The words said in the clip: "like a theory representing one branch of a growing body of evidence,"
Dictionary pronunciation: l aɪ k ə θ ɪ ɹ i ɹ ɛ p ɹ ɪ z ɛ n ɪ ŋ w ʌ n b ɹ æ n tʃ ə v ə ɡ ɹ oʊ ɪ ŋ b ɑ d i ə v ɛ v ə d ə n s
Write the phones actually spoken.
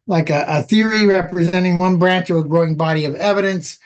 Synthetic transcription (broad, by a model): l aɪ k ə θ ɪ ɹ i ɹ ɛ p ɹ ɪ z ɛ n ɪ ŋ w ʌ n b ɹ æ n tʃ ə ə ɡ ɹ oʊ ɪ ŋ b ɑ d i ə v ɛ v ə d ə n s